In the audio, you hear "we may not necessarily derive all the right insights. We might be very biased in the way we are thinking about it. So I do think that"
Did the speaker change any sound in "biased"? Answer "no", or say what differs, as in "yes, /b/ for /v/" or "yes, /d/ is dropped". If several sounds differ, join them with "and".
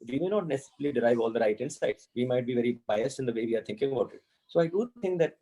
no